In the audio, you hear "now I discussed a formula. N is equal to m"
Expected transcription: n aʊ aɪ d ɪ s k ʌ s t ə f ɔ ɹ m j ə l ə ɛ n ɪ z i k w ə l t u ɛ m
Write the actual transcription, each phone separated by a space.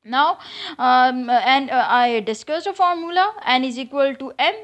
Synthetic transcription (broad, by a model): n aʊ aɪ d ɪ s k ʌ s ə f ɔ ɹ m j ə l ə ɛ n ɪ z i k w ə l t u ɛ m